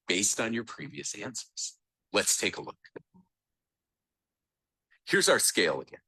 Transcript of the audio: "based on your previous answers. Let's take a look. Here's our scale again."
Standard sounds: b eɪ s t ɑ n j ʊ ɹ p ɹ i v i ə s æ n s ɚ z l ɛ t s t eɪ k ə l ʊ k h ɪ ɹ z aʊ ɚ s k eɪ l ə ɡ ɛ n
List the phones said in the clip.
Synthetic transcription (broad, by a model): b eɪ s t n j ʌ ɹ p ɹ i v i ə s æ n s ɚ z l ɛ t s t eɪ k ə l ʊ k h ɪ ɹ z aʊ ɚ s k eɪ l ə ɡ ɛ n